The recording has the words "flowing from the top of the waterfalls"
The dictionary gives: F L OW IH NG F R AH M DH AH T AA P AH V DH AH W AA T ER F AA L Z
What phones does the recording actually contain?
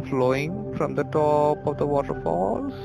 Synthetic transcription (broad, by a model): F L OW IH NG F R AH M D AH T AA P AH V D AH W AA T ER F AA L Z